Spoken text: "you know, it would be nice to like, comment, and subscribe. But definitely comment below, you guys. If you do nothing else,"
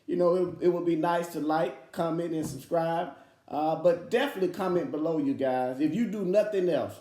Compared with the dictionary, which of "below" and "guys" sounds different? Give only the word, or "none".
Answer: none